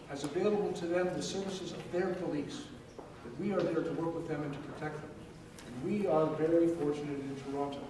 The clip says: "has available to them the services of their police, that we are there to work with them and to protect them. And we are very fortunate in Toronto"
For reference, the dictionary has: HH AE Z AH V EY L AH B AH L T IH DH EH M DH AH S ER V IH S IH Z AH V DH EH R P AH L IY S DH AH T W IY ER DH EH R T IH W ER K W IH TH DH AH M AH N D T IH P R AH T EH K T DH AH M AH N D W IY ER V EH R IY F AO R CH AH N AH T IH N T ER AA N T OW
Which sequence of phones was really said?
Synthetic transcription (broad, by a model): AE Z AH V EY L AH B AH L T IH DH EH M DH AH S ER V IH S IH Z AH V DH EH R P AH L IY S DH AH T W IY ER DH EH R T IH W ER K W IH DH AH M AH N T IH P R AH T EH K T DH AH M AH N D W IY ER V EH R IY F AO R CH AH N AH T IH N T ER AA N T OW